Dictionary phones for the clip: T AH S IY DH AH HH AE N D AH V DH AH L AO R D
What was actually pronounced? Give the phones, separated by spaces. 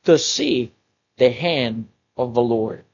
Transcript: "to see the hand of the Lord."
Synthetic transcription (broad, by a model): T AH S IY DH AH HH AE N D AH V DH AH L AO R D